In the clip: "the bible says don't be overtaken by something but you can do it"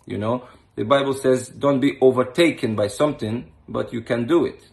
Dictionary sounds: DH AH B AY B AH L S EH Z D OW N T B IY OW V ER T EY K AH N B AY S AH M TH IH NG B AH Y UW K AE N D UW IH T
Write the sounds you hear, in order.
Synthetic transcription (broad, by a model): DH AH B AY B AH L S EH Z D OW N T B IY OW V ER T EY K AH N B AY S AH M TH IH NG B AH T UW K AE N D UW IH T